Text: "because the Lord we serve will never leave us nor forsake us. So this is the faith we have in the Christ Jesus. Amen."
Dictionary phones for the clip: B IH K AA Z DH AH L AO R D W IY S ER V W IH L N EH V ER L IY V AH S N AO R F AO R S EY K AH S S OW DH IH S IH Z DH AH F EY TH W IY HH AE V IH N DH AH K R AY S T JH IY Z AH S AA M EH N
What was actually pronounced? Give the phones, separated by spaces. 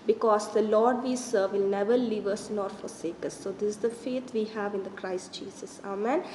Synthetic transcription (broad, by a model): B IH K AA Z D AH L AO R D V IY S ER V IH L N EH V ER L IY V AH S N AO R F AO R S EY K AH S S OW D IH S IH Z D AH F EY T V IY HH AE V IH N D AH K R AY S T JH IY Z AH S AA M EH N